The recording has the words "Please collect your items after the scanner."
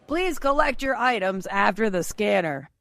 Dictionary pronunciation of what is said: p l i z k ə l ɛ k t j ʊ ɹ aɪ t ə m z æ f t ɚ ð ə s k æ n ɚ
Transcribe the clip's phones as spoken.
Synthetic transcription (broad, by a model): p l i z k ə l ɛ k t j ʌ ɹ aɪ t ə m z æ f t ɚ ð ə s k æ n ɚ